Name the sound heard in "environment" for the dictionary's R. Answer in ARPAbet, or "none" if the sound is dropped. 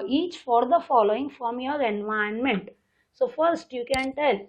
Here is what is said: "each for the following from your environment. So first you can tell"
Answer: none